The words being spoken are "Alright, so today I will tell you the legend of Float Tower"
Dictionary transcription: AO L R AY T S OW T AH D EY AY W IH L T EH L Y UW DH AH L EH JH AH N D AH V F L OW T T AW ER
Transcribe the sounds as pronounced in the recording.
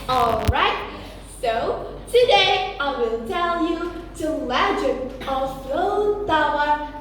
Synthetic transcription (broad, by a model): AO L R AY T S OW T AH D EY AY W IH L T EH L Y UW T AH L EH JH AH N AH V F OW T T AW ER